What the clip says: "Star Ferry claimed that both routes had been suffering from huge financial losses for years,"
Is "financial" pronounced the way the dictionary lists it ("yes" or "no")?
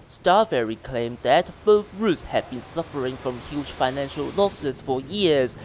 yes